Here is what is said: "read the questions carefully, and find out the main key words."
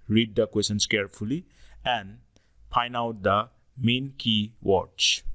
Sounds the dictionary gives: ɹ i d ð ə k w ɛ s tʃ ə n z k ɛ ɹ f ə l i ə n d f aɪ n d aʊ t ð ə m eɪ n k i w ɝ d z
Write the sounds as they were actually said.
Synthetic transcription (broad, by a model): ɹ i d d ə k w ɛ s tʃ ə n s k ɛ ɹ f ə l i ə n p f aɪ n aʊ t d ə m eɪ n k i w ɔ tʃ